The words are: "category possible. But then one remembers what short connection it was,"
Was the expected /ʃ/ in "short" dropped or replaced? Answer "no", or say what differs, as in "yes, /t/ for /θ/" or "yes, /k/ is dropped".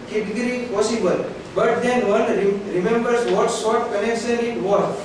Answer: yes, /s/ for /ʃ/